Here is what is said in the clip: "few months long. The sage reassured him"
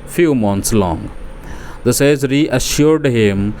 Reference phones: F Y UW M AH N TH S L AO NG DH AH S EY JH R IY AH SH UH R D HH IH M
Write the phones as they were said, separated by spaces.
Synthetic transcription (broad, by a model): F Y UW M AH N T S L AO NG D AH S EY Z R IY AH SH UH R D HH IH M